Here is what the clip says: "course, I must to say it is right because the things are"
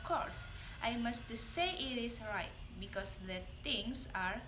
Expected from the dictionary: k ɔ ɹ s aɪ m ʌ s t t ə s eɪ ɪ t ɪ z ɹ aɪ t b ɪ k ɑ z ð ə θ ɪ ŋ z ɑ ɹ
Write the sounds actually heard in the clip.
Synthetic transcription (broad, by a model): k ɔ ɹ s aɪ m ʌ s t s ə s ɪ t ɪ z ɹ aɪ t b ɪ k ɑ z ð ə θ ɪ ŋ s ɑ ɹ